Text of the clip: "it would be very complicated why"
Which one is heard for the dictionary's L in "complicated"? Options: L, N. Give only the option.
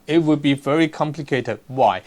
L